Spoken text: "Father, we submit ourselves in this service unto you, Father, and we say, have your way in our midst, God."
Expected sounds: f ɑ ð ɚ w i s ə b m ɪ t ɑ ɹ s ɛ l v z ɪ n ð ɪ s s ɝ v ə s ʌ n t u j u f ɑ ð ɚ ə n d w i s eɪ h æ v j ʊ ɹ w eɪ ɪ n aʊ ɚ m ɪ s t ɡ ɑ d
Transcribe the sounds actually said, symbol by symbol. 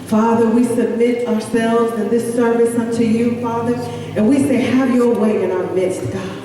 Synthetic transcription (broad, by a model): f ɑ ð ɚ w i s ə b m ɪ t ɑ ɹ s ɛ l v z ɪ n ð ɪ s s ɝ v ə s ʌ n t u j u f ɑ ð ɚ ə n w i s eɪ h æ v j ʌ ɹ w eɪ ɪ n aʊ ɚ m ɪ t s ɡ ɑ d